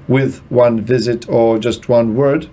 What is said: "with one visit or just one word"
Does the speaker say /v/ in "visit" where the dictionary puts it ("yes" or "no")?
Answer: yes